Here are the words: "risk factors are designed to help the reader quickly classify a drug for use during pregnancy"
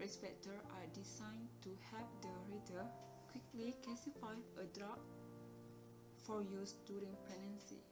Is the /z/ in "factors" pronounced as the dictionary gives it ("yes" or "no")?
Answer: no